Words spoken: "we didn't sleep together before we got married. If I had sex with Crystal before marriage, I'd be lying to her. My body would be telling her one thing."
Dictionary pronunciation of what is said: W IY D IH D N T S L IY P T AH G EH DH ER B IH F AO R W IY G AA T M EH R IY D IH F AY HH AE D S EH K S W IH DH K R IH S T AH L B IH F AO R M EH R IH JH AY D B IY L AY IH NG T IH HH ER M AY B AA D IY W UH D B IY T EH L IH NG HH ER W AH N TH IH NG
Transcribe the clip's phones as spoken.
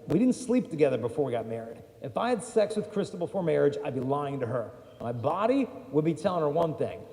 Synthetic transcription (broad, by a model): W IY D IH D N T S L IY P T AH G EH DH ER B IH F AO R W IY G AA T M EH R IY D IH F AY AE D S EH K S W IH DH K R IH S T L B IH F AO R M EH R IH JH AY D B IY L AY IH NG T IH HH ER M AY B AA D IY W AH D B IY T EH L IH NG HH ER W AH N TH IH NG